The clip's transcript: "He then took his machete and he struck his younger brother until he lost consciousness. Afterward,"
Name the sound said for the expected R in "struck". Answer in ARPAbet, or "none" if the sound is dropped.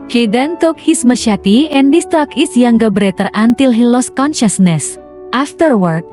none